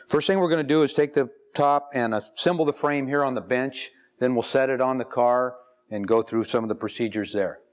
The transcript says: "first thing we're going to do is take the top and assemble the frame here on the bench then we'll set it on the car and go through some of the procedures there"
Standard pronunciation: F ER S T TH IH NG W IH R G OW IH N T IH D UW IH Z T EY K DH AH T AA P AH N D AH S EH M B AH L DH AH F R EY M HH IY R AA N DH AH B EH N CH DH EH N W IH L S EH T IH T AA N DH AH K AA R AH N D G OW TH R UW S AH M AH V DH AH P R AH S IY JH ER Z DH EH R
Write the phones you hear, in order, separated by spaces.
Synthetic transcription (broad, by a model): F ER S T TH IH NG W IH R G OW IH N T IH D IH Z T EY K DH AH T AA P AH N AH S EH M B L DH AH F R EY M HH IY R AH N DH AH B EH N CH DH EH N W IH L S EH T IH T N DH AH K AA R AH N G OW TH R UW S AH M AH V DH AH P R AH S IY JH ER Z DH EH R